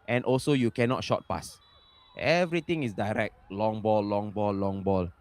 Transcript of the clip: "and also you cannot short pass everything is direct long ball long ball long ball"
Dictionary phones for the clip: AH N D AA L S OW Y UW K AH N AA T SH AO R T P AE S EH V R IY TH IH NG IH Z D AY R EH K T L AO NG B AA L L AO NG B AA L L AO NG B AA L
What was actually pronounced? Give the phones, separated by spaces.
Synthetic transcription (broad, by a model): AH N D AA L S OW Y UW K AH N AA T SH AO T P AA S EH V R IY T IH NG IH S D AY R EH K T L AO NG B AA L L AO NG B AA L L AO NG B AA L